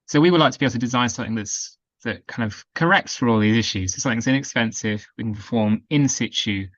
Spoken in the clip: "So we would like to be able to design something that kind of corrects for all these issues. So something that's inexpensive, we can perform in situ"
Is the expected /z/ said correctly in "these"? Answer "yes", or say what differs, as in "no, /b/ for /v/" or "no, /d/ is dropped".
yes